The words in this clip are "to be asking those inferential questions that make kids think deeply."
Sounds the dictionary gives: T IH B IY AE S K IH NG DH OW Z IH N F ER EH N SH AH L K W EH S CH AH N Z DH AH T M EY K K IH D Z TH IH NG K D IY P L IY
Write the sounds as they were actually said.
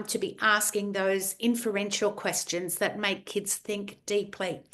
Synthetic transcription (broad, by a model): T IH B IY AE S K IH NG DH OW Z IH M F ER EH N SH L K W EH S CH AH N Z DH AH T M EY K K IH D Z TH IH NG K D IY P L IY